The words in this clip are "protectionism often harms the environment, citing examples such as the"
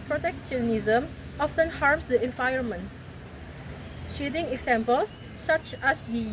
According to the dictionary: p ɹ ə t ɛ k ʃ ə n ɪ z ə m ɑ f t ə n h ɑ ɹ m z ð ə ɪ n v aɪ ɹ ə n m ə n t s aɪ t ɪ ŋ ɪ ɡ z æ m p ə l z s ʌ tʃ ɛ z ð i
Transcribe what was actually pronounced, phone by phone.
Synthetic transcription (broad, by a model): p ɹ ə t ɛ k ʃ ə n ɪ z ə m ɑ f t ə n h ɑ ɹ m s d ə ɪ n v aɪ ə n m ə n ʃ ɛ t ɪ ŋ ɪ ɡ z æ m p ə l s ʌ tʃ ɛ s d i